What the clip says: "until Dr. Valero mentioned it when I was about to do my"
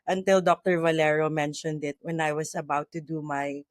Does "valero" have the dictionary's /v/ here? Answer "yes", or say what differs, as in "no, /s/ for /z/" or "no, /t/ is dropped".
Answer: yes